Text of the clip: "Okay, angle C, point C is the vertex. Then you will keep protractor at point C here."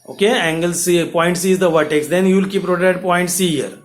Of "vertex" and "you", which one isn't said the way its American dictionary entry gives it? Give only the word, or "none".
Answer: none